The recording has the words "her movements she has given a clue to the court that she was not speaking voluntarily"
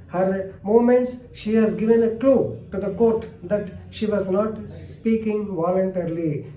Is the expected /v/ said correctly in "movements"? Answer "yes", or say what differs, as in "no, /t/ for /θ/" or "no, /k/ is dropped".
no, /v/ is dropped